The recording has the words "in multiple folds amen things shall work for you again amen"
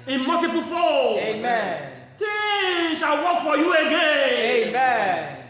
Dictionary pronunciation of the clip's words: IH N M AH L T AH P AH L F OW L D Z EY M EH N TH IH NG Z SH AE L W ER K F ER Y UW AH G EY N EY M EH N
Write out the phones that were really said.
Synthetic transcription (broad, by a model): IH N M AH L T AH P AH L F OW EY M EH N T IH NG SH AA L W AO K F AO Y UW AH G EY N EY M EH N